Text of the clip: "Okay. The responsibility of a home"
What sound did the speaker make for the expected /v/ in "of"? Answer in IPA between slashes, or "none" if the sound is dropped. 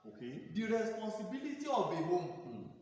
/b/